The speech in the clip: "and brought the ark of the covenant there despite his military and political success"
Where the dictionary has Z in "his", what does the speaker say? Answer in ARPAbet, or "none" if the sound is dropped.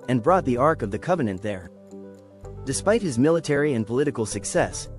Z